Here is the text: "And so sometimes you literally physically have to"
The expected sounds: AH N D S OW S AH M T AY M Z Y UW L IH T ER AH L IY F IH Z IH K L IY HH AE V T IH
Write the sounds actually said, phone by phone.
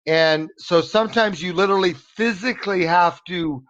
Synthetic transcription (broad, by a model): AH N S OW S AH M T AY M Z Y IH L IH T ER L IY F IH Z IH K L IY HH AE F T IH